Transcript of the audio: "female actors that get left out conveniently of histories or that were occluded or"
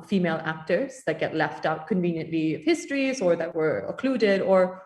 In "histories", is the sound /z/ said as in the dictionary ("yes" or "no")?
yes